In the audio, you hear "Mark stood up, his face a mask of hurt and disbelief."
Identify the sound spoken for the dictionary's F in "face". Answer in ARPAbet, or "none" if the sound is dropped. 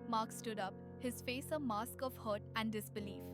F